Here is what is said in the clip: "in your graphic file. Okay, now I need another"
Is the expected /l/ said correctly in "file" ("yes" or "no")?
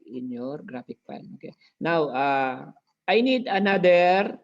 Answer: no